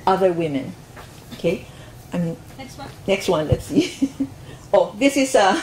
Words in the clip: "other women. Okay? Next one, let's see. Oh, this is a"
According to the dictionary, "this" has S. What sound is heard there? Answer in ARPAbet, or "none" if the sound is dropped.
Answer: S